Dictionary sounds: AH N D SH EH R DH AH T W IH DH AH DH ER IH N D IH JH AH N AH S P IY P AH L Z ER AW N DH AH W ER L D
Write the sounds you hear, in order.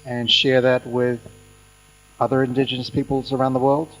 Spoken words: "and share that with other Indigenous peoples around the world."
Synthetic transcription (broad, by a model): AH N SH EH R DH AH T W IH DH AH DH ER IH N D IH JH AH N AH S P IY P L Z ER AW N DH AH W ER L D